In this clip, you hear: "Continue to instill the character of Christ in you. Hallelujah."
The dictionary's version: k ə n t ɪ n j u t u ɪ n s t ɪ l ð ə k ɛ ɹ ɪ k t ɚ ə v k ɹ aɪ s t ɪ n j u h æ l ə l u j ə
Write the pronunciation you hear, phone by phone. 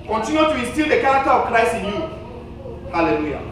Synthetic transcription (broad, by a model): k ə n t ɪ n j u t u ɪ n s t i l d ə k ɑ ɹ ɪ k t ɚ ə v k ɹ aɪ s ɪ n j u h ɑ l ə l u j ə